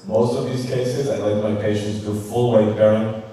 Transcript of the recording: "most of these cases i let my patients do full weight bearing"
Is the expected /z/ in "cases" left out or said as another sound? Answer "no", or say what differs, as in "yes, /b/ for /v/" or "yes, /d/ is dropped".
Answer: no